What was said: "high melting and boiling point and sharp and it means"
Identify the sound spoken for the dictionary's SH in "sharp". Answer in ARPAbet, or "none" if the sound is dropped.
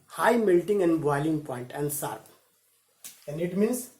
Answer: S